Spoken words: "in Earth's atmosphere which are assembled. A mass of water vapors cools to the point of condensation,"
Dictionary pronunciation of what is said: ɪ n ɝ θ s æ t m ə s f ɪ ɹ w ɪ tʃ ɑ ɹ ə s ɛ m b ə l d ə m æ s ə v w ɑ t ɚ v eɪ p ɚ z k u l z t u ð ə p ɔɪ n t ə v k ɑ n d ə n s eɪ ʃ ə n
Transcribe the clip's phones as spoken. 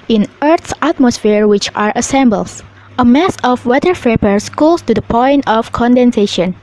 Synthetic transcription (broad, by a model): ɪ n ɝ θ s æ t m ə s f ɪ ɹ w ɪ tʃ ɑ ɹ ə s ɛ m b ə l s ə m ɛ s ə f w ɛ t ɚ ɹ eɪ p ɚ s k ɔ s t u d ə p ɔɪ n t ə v k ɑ n d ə n s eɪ ʃ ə n